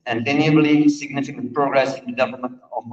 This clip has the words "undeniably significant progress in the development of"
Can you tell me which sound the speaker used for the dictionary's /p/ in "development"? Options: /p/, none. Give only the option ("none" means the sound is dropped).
none